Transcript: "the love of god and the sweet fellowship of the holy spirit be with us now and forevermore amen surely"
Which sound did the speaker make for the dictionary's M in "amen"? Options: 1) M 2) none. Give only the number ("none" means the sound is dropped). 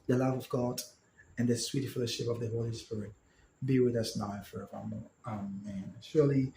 1